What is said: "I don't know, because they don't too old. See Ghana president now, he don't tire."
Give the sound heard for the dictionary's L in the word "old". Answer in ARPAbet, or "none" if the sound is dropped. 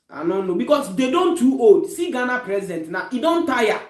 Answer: none